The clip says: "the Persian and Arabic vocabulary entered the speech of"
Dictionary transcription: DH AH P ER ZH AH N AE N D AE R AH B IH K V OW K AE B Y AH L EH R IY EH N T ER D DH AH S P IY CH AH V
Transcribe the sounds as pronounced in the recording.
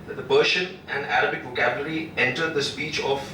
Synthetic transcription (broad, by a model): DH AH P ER SH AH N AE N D AE R AH B IH K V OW K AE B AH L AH R IY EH N T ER D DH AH S P IY CH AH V